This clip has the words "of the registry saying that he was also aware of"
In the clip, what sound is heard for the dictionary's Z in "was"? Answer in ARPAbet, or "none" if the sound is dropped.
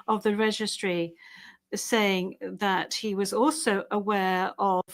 Z